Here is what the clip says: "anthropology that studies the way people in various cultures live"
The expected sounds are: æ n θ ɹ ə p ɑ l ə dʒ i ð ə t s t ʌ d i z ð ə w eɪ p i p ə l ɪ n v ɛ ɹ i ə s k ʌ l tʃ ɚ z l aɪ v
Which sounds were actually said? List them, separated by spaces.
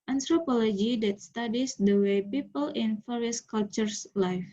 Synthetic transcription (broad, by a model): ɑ n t ɹ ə p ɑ l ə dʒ i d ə t s t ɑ d i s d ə w eɪ p i p ə l ɪ n f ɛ ɹ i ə s k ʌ l tʃ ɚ s l aɪ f